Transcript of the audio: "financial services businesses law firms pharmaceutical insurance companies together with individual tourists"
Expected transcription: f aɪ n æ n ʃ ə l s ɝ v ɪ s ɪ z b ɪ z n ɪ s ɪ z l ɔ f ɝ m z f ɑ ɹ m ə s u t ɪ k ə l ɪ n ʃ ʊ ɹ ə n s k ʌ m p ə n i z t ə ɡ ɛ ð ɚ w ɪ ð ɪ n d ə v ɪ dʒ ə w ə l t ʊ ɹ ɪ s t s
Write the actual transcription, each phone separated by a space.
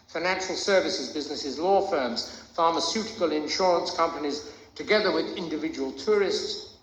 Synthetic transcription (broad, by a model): f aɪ n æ n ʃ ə l s ɝ v ɪ s ɪ z b ɪ z n ɪ s ɪ z l ɔ f ɝ m z f ɑ ɹ m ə s u t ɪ k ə l ɪ n ʃ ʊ ɹ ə n s k ʌ m p ə n i z t ə ɡ ɛ ð ɚ w ɪ ð ɪ n d ə v ɪ dʒ ə w ə l t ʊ ɹ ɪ s t s